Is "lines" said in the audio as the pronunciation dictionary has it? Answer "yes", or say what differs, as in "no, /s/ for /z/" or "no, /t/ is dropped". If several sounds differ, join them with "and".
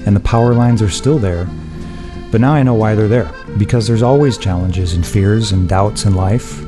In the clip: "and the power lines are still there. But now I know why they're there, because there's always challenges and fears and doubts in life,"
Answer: yes